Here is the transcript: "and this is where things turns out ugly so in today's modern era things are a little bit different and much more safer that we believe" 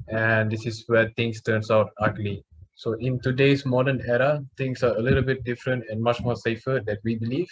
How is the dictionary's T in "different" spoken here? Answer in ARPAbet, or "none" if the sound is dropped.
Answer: T